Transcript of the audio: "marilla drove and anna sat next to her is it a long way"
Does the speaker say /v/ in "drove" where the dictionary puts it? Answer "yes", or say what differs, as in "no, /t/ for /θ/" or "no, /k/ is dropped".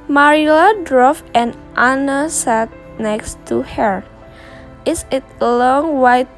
no, /f/ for /v/